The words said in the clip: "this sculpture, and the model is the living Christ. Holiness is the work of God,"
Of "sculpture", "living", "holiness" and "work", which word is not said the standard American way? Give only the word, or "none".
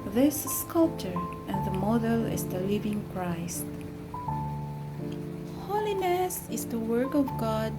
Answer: none